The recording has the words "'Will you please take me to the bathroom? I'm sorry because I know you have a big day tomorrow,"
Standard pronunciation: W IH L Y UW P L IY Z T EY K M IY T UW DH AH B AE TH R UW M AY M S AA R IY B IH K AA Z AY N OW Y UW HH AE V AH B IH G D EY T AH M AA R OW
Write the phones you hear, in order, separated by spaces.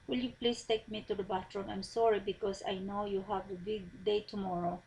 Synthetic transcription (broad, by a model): W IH L Y UW P L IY S T EY K M IY T UW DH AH B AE T R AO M AY M S AA R IY B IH K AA S AY N OW Y UW HH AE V AH B IH G D EY T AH M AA R OW